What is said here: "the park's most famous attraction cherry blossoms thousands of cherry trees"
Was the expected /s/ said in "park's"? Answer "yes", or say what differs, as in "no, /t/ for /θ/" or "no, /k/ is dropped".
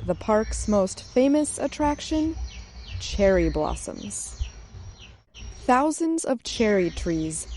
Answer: yes